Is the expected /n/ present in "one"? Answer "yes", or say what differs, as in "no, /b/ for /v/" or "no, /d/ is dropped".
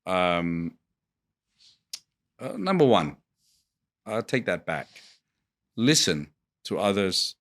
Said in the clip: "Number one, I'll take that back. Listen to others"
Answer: yes